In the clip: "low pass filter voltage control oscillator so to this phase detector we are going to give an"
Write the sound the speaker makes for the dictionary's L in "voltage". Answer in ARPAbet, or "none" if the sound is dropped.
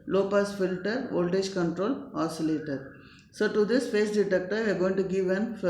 L